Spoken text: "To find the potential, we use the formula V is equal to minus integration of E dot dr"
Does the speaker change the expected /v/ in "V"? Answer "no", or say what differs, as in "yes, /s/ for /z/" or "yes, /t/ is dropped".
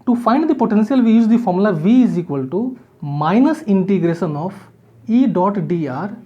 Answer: no